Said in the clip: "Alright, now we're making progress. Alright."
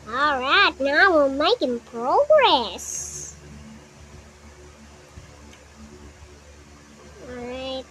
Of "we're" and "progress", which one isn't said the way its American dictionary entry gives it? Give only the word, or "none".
we're